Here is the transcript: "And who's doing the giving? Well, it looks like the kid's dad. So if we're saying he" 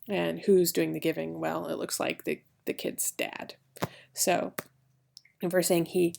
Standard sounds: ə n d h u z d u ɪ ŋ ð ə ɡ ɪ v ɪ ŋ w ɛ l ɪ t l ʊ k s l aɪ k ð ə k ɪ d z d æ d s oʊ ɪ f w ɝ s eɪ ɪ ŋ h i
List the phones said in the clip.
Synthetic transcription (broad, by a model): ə n h u z d u ɪ ŋ ð ə ɡ ɪ v ɪ ŋ w ɛ l ɪ t l ʊ k s l aɪ k ð ə k ɪ d z d æ d s oʊ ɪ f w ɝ s eɪ ɪ ŋ h i